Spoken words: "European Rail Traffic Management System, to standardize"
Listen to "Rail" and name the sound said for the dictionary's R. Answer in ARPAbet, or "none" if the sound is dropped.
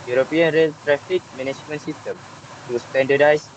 R